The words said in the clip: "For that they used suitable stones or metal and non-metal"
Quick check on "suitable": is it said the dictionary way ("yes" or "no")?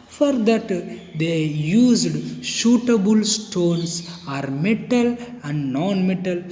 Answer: no